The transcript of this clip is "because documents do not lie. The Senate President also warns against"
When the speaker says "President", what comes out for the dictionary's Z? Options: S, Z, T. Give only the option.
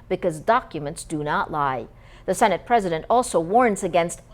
Z